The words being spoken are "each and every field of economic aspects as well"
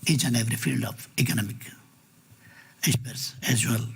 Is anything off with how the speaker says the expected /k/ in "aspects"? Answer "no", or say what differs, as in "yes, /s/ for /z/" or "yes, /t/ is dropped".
yes, /k/ is dropped